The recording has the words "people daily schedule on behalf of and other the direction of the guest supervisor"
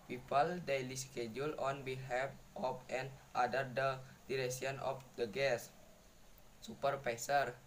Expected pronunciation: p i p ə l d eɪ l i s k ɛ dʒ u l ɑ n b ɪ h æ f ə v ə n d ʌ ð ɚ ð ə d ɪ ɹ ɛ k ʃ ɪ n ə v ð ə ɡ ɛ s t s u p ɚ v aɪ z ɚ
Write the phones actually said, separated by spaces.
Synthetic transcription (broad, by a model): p i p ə l d eɪ l i s k ɛ dʒ u l ɑ n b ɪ h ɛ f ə p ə n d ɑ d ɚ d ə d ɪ ɹ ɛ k s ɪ n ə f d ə ɡ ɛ s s u p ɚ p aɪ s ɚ